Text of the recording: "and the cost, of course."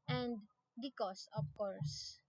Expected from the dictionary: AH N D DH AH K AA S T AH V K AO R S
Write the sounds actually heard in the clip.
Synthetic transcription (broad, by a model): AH N D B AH K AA S AH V K AO R S